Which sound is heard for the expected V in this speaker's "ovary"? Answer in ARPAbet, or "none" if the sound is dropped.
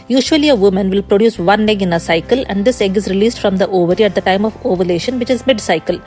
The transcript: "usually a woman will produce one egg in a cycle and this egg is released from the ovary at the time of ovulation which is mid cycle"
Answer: V